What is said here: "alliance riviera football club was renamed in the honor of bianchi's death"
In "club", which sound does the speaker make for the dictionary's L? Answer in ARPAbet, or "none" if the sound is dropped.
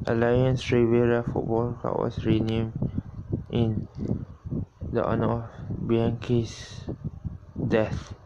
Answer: none